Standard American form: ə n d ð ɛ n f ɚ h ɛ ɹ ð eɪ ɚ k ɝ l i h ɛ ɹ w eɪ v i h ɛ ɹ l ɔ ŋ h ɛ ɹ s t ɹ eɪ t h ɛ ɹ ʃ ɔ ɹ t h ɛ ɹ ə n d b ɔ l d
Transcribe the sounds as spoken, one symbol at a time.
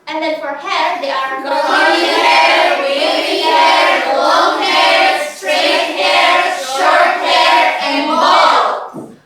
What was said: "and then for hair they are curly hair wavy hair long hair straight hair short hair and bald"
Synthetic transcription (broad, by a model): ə n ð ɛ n f ɚ h ɛ ɹ ð eɪ ɚ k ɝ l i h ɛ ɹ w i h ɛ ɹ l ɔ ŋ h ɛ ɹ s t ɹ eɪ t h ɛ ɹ ʃ ɔ ɹ t h ɛ ɹ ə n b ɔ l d